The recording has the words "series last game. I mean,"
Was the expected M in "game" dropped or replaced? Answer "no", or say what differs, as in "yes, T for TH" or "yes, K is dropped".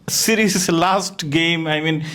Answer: no